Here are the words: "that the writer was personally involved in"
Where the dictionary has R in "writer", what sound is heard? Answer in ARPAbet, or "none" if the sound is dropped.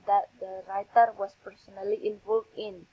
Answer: R